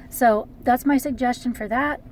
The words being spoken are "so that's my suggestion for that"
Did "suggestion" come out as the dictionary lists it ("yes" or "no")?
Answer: yes